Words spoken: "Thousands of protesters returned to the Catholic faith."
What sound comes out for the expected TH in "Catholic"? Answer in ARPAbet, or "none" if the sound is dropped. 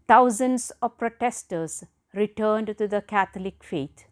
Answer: T